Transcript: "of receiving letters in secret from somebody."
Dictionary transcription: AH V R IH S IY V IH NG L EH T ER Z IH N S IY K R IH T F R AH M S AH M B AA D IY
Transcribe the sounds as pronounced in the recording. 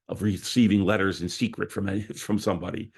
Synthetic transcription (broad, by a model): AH V R IH S IY V IH NG L EH T ER Z IH N S IY K R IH T F R AH M S AH M B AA D IY